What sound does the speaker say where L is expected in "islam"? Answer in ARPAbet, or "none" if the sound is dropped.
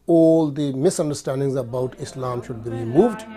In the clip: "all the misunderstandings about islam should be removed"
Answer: L